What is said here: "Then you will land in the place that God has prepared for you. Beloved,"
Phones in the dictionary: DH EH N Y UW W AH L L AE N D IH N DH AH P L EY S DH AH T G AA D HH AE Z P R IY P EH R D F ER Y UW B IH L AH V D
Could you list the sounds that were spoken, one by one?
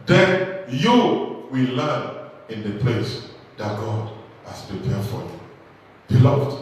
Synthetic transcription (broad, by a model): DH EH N Y UW W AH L L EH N IH N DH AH P L EY S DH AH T G AA D HH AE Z P R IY P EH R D F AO Y UW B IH L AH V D